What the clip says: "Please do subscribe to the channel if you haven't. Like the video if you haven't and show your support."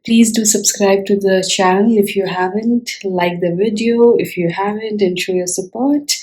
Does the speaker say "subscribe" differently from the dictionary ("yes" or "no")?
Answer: no